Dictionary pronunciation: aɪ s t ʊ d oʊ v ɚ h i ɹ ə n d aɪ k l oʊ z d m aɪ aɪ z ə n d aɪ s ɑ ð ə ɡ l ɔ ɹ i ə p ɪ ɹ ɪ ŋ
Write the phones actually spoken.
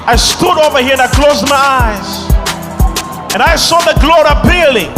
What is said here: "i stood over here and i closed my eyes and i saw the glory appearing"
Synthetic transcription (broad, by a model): aɪ s t ʊ d oʊ v ɚ h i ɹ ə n aɪ k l oʊ z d m aɪ aɪ z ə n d aɪ s ɑ ð ə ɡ l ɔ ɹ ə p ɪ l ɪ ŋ